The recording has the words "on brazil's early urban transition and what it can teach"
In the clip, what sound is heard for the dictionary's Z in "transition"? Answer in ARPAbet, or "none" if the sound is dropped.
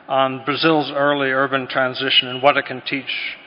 Z